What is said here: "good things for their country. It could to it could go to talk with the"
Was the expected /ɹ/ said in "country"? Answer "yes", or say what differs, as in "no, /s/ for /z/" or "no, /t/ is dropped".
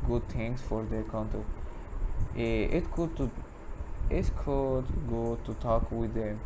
no, /ɹ/ is dropped